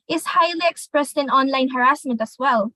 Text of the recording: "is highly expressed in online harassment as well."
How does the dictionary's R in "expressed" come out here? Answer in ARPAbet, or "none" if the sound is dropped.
R